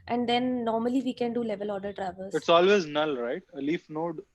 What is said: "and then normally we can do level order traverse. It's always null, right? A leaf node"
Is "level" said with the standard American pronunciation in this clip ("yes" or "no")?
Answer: yes